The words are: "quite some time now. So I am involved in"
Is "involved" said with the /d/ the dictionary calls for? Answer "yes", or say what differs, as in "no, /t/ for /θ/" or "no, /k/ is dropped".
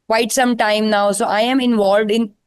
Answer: yes